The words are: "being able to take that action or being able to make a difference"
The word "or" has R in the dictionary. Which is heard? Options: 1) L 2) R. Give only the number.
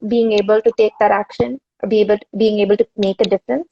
1